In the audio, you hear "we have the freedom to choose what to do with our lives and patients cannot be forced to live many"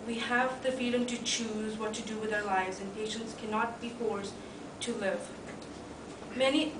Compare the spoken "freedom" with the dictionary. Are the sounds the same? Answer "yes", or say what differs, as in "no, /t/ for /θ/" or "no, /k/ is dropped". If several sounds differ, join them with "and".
no, /ɹ/ is dropped